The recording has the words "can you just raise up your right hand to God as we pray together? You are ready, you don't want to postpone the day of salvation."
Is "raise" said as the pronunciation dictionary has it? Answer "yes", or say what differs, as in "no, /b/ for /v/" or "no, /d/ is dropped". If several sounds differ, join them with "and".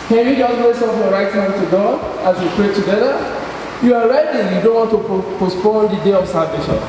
no, /s/ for /z/